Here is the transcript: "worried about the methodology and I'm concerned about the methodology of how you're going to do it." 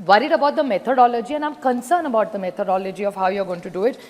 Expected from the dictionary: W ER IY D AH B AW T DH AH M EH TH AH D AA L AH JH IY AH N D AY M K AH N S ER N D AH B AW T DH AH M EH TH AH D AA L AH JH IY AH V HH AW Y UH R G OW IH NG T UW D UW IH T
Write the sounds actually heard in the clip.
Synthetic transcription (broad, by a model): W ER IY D AH B AW T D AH M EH T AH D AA L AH JH IY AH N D AY M K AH N S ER N AH B AW T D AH M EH T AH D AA L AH JH IY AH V HH AW Y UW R G OW IH NG T UW D UW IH T